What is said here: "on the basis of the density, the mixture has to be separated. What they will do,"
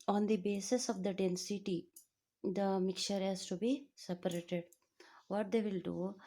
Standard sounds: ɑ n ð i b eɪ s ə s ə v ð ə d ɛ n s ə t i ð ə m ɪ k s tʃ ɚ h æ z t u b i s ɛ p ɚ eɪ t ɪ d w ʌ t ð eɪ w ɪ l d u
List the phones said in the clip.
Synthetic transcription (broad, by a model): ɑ n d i b eɪ s ə s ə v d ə d ɛ n s ə t i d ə m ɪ k tʃ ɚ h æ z t u b i s ɛ p ɚ eɪ t ɪ d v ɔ t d eɪ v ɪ l d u